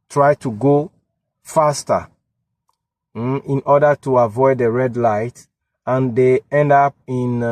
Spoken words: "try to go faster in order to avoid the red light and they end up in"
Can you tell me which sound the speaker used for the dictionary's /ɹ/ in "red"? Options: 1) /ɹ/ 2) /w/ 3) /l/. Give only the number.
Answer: 1